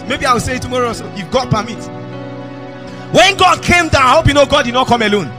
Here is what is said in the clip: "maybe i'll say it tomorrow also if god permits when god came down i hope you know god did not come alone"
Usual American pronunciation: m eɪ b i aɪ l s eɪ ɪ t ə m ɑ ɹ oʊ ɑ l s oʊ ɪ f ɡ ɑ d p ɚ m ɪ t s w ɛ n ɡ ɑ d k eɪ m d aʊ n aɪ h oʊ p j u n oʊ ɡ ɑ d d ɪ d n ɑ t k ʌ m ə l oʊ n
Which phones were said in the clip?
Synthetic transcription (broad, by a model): m eɪ b i aɪ w s eɪ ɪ t ə m ɑ ɹ oʊ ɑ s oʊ ɪ f ɡ ɑ d p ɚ m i t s w ɛ n ɡ ɑ d k eɪ m d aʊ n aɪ h oʊ p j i n oʊ ɡ ɑ d d ɪ d n ɑ t k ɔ m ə l oʊ n